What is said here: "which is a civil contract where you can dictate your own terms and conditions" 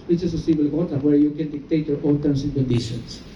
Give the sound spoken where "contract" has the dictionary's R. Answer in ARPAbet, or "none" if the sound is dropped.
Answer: none